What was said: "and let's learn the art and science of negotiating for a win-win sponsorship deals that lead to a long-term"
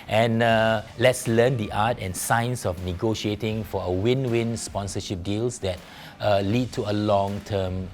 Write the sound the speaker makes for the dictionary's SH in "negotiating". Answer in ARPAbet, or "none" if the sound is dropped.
SH